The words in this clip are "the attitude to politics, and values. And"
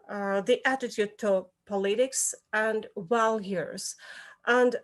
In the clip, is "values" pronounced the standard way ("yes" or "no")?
no